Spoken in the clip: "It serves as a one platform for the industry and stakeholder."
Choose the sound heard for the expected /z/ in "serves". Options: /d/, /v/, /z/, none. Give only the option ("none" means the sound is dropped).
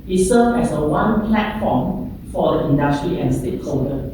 none